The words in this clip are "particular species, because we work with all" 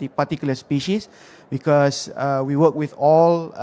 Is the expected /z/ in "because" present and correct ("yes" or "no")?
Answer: no